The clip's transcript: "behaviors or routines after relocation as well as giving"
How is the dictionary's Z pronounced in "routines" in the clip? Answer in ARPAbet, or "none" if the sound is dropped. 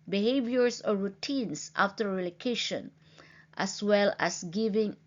S